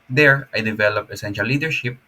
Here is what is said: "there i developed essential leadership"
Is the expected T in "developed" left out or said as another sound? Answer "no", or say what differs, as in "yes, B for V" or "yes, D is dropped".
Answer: yes, T is dropped